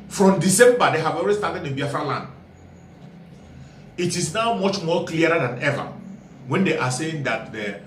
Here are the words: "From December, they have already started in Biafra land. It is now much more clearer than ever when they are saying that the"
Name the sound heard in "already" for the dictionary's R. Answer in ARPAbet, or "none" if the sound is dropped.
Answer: L